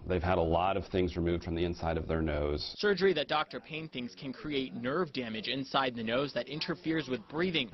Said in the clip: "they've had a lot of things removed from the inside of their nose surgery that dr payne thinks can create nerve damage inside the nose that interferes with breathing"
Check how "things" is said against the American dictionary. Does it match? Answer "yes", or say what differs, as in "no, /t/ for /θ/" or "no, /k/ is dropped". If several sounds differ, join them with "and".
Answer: yes